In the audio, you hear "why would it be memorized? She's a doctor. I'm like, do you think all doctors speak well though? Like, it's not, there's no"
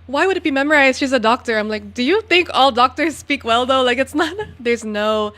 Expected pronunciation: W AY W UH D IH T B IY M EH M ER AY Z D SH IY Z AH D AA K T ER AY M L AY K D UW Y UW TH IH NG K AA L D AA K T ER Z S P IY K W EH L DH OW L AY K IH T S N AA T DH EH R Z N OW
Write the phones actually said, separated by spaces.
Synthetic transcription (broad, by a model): W AY W UH D IH T B IY M EH M ER AY Z D SH IY Z AH D AA K T ER AY M L AY K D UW Y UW TH IH NG K AA L D AA K T ER Z S P IY K W EH L DH OW L AY K IH T S N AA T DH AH R Z N OW